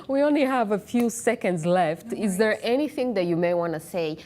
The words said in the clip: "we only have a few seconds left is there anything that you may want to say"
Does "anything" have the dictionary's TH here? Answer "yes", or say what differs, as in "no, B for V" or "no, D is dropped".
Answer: yes